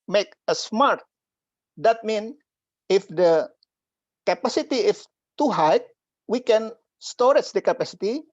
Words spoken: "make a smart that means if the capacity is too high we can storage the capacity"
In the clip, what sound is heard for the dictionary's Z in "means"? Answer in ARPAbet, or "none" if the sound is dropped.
none